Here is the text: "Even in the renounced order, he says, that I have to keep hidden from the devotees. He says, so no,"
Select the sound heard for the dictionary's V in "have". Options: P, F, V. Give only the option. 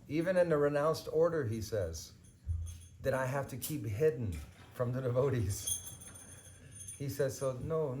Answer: F